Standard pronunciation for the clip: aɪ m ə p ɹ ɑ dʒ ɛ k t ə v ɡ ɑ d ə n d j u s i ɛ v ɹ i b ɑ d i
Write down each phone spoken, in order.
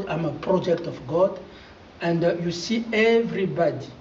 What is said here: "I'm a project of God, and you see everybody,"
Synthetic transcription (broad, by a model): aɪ m ə p ɹ ɑ dʒ ɛ k t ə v ɡ ɑ d ə n d j u s i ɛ v ɹ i b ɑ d i